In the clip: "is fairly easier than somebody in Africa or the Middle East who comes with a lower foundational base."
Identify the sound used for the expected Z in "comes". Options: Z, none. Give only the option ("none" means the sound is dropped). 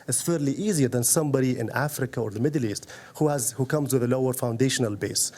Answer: Z